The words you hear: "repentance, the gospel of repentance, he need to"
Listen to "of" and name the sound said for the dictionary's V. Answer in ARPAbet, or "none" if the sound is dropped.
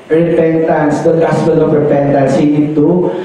P